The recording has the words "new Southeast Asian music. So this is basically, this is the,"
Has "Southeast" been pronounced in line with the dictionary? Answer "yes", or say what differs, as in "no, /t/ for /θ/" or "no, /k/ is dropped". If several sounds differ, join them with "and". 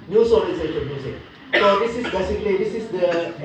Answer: no, /t/ is dropped